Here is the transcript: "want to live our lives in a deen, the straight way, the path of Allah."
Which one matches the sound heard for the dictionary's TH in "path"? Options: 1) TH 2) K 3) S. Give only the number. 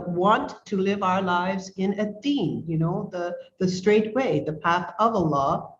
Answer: 1